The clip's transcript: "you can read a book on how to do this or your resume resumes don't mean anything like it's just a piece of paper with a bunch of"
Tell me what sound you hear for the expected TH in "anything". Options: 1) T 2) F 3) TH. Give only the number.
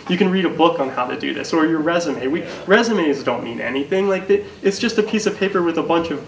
3